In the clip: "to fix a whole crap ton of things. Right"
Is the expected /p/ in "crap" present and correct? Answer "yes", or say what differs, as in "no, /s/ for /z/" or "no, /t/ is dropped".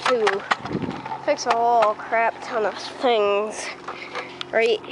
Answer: yes